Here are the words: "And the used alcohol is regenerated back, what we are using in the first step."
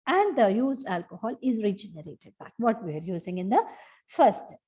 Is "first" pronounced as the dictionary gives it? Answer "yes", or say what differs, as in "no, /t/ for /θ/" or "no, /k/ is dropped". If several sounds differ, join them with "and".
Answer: no, /s/ is dropped